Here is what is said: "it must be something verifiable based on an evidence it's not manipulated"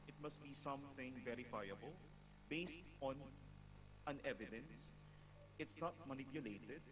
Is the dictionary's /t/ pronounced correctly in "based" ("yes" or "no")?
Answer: yes